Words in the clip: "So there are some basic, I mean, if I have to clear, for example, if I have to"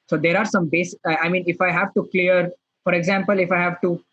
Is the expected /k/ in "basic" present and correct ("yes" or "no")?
no